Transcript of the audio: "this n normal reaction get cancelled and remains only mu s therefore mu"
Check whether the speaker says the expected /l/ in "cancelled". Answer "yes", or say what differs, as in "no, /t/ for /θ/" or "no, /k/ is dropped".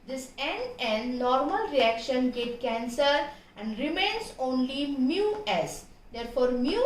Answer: no, /l/ is dropped